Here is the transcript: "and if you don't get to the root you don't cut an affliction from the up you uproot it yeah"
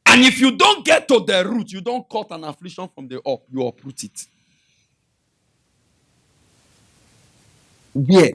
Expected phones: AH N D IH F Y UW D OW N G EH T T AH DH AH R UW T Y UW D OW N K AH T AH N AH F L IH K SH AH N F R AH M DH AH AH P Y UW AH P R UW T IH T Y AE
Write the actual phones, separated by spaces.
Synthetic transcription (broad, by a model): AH N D IH F Y UW D OW N G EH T T AH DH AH R UW T Y UW D OW N K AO T AH N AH F L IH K SH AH N F R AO M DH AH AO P Y UW AH P R UW T IH T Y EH